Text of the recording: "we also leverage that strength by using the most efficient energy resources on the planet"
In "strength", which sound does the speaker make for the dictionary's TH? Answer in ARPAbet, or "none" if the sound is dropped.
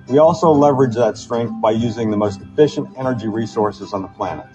TH